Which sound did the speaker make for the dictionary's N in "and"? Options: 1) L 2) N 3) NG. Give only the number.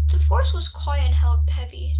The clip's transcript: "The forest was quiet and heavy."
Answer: 1